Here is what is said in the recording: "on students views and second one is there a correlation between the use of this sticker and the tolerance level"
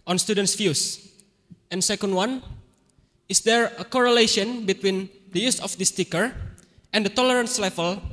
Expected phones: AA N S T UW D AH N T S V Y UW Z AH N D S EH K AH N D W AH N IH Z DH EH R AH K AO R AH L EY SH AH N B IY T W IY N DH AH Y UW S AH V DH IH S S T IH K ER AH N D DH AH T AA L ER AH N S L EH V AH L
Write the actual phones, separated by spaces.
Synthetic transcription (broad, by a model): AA N S T UW D AH N T S F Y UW S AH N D S EH K AH N D W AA N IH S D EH R AH K AO R AH L EY SH AH N B IY T W IY N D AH Y UW S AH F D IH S S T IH K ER AH N D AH T AA L ER AH N S L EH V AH L